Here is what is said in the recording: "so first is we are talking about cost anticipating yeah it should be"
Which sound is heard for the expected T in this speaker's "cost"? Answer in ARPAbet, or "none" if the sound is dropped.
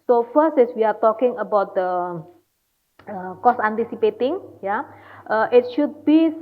none